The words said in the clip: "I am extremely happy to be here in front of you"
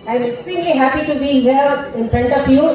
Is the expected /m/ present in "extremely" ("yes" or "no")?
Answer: no